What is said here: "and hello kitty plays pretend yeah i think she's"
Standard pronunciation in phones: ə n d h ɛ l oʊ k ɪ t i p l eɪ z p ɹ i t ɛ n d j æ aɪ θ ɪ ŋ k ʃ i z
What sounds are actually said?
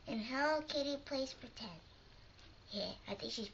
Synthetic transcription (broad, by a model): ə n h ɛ ʊ k ɪ t i p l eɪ s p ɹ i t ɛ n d j æ aɪ θ ɪ ŋ k ʃ i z